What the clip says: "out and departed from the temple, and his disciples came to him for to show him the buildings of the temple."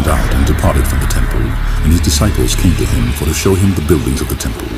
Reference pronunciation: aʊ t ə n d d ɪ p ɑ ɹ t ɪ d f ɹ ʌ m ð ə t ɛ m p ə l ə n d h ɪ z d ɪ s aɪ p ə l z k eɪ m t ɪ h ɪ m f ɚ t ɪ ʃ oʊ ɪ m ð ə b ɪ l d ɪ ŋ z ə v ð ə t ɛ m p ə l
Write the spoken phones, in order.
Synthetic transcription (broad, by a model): aʊ t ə n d d ɪ p ɑ ɹ t ɪ d f ɹ ʌ m ð ə t ɛ m p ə l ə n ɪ z d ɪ s aɪ p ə l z k eɪ m t ɪ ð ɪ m f ɚ t ɪ ʃ oʊ ɪ m ð ə b ɪ l d ɪ ŋ z ə v ð ə t ɛ m p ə l